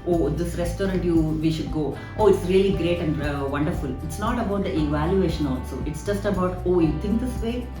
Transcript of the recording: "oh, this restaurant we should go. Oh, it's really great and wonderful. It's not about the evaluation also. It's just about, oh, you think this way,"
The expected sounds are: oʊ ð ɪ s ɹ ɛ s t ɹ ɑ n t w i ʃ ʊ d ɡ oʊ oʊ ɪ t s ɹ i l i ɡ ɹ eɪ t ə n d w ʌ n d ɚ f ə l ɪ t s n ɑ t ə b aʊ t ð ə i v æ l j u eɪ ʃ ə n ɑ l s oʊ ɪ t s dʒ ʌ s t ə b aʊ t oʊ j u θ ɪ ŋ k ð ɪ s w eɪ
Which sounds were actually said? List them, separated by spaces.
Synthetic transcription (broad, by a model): oʊ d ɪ s ɹ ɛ s t ɹ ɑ n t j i ʃ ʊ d ɡ oʊ oʊ ɪ t s ɹ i l i ɡ ɹ eɪ t ə n d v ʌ n d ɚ f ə l ɪ t s n ɑ t ə b aʊ t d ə i v æ l j u eɪ ʃ ə n ɑ l s oʊ ɪ t s dʒ ʌ s t ə b aʊ t oʊ j u t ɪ ŋ k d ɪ s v eɪ